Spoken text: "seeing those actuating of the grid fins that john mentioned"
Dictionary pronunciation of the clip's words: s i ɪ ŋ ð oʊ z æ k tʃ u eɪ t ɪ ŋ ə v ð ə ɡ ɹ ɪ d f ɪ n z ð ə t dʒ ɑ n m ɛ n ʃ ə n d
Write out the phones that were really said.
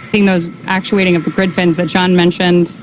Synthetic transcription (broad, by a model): s i ɪ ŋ ð oʊ z æ k tʃ u eɪ t ɪ ŋ ə v ð ə ɡ ɹ ɪ d f ɪ n z ð ə t dʒ ɑ n m ɛ n ʃ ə n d